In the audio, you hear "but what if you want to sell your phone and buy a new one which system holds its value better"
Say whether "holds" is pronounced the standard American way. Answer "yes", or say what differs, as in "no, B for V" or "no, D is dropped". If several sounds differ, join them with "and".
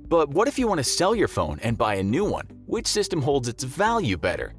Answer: yes